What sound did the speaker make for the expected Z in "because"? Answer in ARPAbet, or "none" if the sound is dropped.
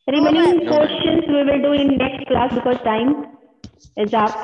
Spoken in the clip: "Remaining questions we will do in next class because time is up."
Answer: none